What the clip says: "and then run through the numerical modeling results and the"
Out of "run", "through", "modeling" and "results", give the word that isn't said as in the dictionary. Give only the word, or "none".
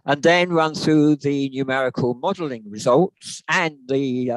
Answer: none